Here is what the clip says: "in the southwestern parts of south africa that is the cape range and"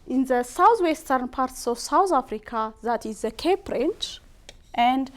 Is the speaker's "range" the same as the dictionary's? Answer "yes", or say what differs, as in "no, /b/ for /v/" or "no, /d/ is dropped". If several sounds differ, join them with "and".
no, /tʃ/ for /dʒ/